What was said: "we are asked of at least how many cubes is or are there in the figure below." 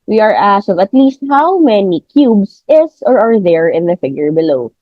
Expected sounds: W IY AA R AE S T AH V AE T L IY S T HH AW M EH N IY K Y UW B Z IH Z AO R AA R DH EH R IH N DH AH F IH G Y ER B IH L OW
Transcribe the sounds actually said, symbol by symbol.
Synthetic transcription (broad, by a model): W IY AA R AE S AH V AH T L IY S T HH AW M EH N IY K Y UW B S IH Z AO R AA R DH EH R IH N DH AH F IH G Y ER B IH L OW